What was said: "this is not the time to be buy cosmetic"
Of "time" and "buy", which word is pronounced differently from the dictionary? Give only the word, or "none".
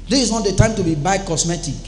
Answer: none